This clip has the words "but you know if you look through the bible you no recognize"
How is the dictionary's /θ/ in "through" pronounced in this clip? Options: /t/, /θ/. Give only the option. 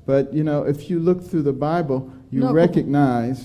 /θ/